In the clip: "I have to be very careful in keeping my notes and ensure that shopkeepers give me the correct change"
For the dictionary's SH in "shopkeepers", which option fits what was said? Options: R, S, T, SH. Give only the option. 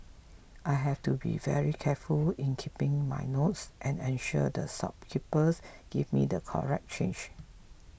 S